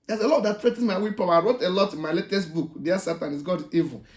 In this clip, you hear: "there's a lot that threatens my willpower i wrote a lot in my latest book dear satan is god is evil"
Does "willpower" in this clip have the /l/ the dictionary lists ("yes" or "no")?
no